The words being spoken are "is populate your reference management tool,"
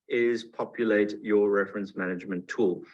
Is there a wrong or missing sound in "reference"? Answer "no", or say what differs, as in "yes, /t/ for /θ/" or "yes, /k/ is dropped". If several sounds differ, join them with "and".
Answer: no